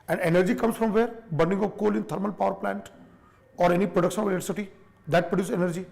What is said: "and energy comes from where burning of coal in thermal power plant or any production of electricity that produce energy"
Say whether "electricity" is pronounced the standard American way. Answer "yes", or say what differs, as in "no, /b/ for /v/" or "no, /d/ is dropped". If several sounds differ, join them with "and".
no, /k/ is dropped